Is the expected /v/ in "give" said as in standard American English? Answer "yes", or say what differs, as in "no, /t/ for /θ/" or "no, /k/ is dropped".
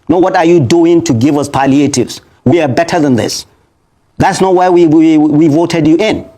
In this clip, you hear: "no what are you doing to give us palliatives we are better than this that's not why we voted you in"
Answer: yes